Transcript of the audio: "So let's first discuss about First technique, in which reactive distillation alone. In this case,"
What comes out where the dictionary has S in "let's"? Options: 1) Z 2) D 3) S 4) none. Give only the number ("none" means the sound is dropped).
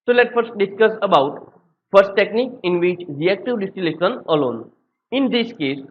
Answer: 4